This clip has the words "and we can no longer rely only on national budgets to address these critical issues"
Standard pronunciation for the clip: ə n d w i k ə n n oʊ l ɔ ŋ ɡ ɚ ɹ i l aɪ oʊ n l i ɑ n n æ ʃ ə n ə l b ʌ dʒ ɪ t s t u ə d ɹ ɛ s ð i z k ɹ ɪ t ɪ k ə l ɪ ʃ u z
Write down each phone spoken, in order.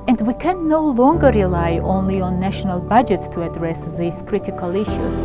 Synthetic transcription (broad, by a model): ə n d w i k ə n n oʊ l ɔ ŋ ɡ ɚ ɹ i l aɪ oʊ n l i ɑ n n æ ʃ ə n ə l b ʌ dʒ ɪ t s t u ə d ɹ ɛ s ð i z k ɹ ɪ t ɪ k ə l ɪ ʃ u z